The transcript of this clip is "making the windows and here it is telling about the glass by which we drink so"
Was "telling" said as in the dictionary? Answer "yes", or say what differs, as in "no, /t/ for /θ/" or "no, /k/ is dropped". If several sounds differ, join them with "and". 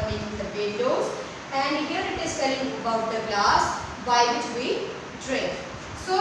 no, /s/ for /t/